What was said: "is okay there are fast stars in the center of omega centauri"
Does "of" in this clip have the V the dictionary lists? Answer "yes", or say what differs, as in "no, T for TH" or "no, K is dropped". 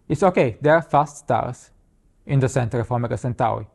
no, F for V